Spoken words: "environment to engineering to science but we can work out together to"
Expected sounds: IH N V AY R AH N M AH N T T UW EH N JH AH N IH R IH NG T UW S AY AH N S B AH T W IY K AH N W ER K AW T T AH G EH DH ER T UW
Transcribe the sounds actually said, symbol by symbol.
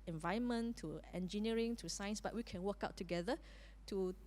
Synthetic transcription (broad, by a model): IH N V AY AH N M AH N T T UW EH N JH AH N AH R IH NG T UW S AY AH N S B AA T W IY K AH N W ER K AW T T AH G EH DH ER T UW